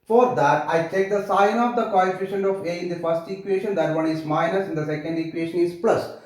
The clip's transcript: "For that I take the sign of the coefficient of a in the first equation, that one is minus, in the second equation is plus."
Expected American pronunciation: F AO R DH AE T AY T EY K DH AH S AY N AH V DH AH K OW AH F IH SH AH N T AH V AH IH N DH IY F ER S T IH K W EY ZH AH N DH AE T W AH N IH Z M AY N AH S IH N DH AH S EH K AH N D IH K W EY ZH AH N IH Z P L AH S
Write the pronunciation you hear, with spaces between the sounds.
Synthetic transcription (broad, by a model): F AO R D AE T AY T EY K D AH S AY N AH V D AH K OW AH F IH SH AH N AH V AH IH N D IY F ER S T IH K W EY SH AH N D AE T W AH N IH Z M AY N AH S IH N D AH S EH K AH N D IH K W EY SH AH N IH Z P L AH S